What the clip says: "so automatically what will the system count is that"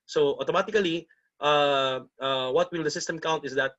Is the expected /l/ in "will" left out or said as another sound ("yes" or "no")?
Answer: no